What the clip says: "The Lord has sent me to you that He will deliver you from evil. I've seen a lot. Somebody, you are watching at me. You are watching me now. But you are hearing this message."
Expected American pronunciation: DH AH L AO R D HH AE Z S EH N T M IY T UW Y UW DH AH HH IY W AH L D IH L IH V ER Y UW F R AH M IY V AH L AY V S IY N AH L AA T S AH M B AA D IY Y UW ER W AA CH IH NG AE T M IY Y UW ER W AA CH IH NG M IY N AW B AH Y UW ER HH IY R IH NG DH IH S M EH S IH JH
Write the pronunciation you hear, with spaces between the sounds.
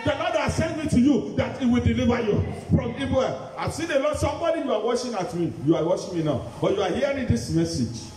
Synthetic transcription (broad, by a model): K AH N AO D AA S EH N M IY T UW Y UW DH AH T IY W AH L D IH L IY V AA Y UW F R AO M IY B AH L AY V S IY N AH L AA S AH M B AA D IY Y UW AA W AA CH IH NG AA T M IY Y UW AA W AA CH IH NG M IY N AW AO Y UW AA HH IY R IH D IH S M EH S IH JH